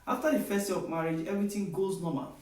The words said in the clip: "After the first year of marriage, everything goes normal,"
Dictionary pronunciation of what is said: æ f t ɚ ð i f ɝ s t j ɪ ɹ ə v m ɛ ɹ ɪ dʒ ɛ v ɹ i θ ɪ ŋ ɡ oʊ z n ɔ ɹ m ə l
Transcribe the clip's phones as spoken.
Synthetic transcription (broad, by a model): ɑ f t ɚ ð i f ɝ s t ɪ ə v m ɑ ɹ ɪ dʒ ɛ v ɹ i t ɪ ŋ ɡ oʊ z n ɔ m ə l